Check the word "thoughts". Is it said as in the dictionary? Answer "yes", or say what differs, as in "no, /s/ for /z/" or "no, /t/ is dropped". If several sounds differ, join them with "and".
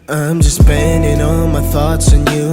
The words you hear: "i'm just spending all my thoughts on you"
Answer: yes